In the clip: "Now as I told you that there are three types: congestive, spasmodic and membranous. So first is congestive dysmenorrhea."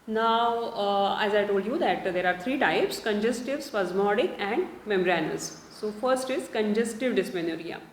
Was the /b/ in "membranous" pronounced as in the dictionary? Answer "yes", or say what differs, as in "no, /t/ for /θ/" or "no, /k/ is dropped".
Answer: no, /b/ is dropped